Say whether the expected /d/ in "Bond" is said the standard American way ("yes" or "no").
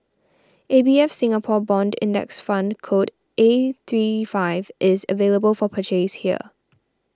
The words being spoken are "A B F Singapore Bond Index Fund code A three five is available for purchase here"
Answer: yes